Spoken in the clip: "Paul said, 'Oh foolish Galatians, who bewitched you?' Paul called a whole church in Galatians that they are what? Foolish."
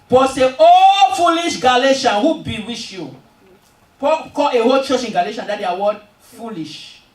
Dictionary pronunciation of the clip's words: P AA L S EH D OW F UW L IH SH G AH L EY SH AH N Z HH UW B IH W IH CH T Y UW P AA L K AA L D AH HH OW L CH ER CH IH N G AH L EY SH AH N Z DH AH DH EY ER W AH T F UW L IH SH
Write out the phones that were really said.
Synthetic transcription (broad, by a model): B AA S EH OW F UW L IH SH G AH L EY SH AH N HH UW B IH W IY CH Y UW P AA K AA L AH HH OW L CH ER CH IH N G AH L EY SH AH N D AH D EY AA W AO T F UW L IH SH